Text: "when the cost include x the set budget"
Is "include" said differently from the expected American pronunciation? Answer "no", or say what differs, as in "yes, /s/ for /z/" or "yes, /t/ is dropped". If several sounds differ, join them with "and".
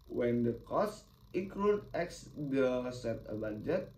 yes, /n/ is dropped